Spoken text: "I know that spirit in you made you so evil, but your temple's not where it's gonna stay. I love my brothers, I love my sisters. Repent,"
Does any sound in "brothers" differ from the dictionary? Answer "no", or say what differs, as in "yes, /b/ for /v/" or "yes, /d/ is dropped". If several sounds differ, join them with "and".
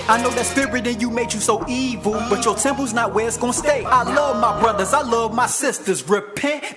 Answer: no